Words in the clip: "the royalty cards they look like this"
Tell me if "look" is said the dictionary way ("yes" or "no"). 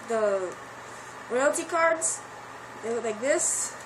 no